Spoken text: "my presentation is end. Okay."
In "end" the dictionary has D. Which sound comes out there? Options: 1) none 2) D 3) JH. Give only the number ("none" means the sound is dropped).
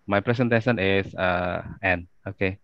1